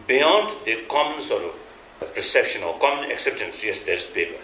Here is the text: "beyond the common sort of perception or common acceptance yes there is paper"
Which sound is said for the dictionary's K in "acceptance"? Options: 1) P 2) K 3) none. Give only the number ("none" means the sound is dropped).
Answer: 2